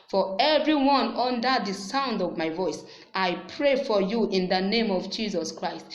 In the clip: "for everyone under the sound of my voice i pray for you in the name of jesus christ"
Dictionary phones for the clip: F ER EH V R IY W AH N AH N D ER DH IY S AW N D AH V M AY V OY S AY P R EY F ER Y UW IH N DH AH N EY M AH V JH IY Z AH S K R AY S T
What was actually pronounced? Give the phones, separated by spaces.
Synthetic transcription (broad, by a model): F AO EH V R IY W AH N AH N D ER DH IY S AW N D AH V M AY V OY S AY P R EY F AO Y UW IH N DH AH N EY M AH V JH IY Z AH S K R AY S T